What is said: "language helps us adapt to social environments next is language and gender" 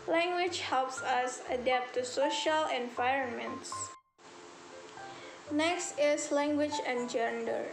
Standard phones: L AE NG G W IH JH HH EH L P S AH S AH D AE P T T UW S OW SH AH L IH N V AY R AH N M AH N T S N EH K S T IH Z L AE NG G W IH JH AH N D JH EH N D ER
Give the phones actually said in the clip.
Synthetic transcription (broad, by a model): L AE NG G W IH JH HH EH L P S AH S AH D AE P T T UW S OW SH AH L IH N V AY R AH N M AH N T S N EH K S T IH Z L AE NG G W IH JH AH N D JH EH N D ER